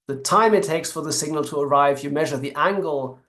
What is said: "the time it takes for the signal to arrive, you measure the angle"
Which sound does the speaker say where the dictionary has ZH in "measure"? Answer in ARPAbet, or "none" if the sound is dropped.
ZH